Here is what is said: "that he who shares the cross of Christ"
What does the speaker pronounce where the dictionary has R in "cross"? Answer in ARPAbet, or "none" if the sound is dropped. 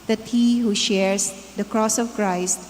R